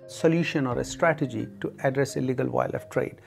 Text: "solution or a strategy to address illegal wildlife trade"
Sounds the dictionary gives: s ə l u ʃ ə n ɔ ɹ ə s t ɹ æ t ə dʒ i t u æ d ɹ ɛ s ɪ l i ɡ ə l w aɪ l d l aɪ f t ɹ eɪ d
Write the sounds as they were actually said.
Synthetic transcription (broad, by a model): s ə l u ʃ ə n ɔ ɹ ə s t ɹ æ t ə dʒ i t u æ d ɹ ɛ s ɪ l i ɡ ə l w aɪ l l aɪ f t ɹ eɪ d